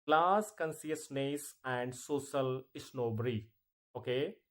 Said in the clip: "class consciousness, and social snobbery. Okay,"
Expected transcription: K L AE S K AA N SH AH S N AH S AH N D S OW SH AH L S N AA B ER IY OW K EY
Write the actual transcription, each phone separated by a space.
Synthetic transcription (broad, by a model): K L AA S K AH N S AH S N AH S AH N D S OW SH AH L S N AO B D IY OW K EY